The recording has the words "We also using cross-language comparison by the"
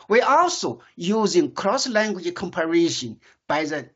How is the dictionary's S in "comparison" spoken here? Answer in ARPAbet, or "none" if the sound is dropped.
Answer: SH